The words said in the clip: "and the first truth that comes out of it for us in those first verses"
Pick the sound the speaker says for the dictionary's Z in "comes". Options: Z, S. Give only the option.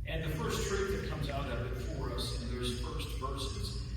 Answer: Z